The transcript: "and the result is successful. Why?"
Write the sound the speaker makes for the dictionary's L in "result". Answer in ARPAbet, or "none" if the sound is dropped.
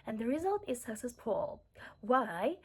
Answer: L